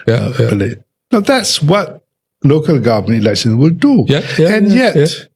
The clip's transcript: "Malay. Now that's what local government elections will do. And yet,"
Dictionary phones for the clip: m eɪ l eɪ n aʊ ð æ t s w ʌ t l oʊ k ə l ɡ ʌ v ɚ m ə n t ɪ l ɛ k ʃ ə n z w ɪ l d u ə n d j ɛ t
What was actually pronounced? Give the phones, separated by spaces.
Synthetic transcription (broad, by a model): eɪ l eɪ n aʊ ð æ t s w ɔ t l oʊ k ə l ɡ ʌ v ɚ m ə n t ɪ l ɛ k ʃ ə n w ɪ l d u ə n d j ɛ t